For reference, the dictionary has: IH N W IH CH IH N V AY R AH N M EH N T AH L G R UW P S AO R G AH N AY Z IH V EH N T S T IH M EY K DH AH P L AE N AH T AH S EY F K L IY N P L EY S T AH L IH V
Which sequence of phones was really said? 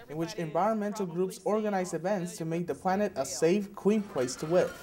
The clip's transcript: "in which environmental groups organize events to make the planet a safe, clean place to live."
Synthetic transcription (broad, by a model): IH N W IH CH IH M V AY R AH N M EH N T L G R UW P S AO R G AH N AY Z IH V EH N T S T IH M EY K DH AH P L AE N AH T AH S EY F K W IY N P L EY S T AH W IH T